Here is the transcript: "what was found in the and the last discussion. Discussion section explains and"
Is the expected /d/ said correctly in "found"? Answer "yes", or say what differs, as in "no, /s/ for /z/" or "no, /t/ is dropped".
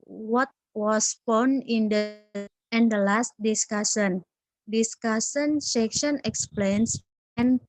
no, /d/ is dropped